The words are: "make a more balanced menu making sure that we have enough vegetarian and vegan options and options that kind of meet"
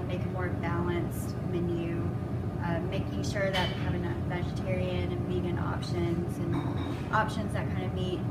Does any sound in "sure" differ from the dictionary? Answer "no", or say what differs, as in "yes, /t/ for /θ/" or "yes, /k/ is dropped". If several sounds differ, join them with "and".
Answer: no